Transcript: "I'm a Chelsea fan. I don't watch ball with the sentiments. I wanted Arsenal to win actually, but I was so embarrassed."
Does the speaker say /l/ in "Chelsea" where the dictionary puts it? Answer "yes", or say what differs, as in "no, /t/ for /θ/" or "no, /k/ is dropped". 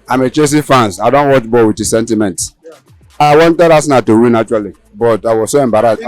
no, /l/ is dropped